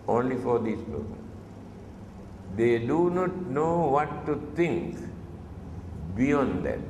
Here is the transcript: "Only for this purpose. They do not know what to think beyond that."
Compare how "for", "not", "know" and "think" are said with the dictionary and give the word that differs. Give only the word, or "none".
think